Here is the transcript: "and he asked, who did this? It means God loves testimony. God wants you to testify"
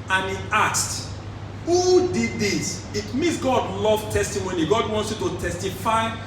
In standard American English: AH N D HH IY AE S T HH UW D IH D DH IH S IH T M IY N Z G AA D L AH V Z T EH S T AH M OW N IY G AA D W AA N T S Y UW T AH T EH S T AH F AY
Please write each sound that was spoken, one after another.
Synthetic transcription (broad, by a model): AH N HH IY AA S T HH UW D IH D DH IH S IH T M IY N S G AA D L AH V T EH S T AH M OW N IY G AA D W AA N T S Y UW T AH T EH S T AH F AY